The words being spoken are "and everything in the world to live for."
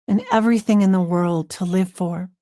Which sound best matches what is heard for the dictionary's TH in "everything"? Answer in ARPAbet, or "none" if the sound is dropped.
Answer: TH